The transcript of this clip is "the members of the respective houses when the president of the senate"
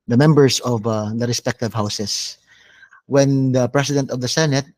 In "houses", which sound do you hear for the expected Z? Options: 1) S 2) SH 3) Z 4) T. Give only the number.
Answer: 1